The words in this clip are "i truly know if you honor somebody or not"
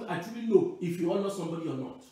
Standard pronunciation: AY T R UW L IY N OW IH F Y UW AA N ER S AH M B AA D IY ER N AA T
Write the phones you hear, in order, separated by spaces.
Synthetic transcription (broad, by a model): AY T IY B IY L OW IH F Y UW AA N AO S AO M B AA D IY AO N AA T